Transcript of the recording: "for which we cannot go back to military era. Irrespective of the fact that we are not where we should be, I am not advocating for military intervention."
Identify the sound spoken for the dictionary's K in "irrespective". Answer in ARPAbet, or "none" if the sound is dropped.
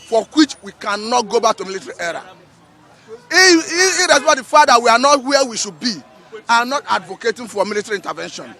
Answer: none